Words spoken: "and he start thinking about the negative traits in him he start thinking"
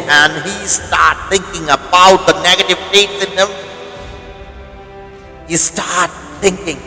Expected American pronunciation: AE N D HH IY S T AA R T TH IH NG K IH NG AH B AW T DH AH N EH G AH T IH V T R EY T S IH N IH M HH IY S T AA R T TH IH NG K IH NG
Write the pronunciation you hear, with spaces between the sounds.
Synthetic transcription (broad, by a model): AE N D HH IY S T AA R T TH IH NG K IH NG AH B AW T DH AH N EH G AH T IH V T EY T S IH N IH M HH IY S T AA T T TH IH NG K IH NG